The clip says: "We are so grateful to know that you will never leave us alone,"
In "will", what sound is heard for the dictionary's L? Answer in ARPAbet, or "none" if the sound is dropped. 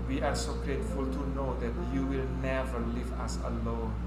L